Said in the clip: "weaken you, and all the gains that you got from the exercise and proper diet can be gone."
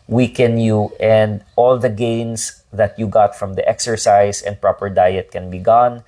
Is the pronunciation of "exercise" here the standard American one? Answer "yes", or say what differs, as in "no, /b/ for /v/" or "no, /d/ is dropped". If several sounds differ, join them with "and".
no, /s/ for /z/